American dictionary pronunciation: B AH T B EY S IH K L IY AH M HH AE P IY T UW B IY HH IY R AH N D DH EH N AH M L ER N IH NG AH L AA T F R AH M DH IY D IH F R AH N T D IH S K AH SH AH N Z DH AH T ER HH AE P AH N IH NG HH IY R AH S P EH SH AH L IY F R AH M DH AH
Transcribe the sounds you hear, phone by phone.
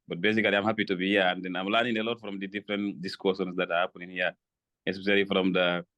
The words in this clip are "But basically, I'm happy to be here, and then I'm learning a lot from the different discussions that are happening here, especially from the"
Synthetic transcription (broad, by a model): B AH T B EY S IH K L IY AH M HH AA P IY T UW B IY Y AH N D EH N AH M L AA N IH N AH L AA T F R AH M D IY D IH F R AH N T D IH S K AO S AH N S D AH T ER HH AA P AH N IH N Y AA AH S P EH S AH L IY F R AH M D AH